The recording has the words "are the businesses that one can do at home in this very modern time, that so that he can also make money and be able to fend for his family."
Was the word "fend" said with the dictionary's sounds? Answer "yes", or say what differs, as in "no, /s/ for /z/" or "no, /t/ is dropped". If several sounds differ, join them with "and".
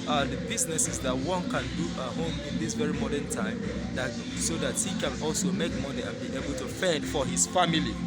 no, /n/ is dropped